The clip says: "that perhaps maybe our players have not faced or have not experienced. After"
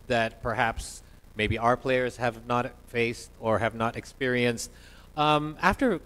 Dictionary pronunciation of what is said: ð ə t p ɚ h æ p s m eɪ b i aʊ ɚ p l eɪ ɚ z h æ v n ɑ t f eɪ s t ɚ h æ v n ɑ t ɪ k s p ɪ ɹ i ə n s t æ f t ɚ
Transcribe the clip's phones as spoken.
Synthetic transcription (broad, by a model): ð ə t p ɚ h æ p s m eɪ b i aʊ ɚ p l eɪ ɚ z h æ v n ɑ t f eɪ s t ɚ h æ v n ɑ t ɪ k s p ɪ ɹ i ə n s t æ f t ɚ